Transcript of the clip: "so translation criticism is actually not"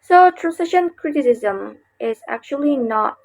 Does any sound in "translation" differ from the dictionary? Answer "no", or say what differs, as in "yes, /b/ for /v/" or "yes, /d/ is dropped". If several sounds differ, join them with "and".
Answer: yes, /l/ is dropped